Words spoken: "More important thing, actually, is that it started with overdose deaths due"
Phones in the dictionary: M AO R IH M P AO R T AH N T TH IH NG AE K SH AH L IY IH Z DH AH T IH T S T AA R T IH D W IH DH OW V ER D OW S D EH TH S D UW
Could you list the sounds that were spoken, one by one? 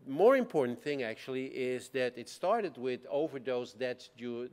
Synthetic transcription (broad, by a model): M AO R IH M P AO R T N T TH IH NG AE K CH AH L IY IH Z DH AH T IH T S T AA R T IH D W IH DH OW V ER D OW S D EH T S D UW